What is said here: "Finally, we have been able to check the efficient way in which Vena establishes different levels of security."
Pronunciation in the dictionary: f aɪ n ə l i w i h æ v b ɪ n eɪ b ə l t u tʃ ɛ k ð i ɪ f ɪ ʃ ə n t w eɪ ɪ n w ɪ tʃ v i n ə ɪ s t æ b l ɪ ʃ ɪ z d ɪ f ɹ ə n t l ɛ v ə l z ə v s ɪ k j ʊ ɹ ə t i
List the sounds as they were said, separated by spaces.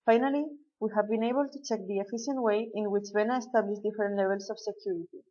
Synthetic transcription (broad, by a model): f aɪ n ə l i w i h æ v b ɪ n eɪ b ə l t u tʃ ɛ k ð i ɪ f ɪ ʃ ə n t w eɪ ɪ n w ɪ tʃ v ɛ n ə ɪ s t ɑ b l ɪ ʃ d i f ɹ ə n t l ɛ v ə l s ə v s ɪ k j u ɹ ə t i